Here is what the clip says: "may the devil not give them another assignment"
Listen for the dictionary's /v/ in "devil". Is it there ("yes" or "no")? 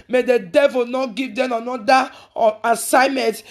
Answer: yes